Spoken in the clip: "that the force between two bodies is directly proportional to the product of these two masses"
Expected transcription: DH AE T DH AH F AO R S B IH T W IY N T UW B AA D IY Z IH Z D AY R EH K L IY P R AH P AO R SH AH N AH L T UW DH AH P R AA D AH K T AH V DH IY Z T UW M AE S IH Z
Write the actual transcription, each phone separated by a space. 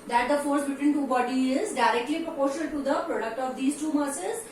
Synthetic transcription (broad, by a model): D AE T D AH F AO R S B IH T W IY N T UW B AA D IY IH Z D AY R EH K L IY P R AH P AO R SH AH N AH L T UW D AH P R AA D AH K T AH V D IY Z T UW M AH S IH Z